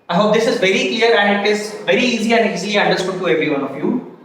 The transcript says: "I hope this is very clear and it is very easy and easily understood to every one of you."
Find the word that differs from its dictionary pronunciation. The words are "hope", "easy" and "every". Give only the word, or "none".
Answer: none